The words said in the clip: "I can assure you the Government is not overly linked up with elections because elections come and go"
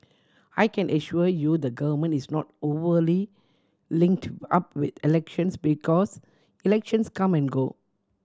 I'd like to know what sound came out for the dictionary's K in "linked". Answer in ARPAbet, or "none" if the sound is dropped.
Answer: K